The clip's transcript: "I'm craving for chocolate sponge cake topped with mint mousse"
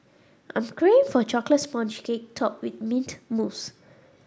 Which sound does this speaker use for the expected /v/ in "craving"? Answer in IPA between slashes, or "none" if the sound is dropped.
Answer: none